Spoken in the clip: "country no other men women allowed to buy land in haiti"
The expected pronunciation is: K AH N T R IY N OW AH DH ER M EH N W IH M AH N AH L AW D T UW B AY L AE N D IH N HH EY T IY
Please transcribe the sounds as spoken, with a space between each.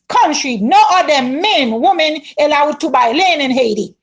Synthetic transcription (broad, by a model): K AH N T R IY N OW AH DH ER M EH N W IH M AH N AH L AW D T UW B AY L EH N IH N HH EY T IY